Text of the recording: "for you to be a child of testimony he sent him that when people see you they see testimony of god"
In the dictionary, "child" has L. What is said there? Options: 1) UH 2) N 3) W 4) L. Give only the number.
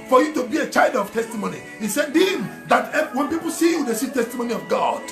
4